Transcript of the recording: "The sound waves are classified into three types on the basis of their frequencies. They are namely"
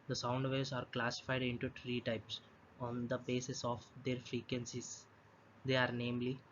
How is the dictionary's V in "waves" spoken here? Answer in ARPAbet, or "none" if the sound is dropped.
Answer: none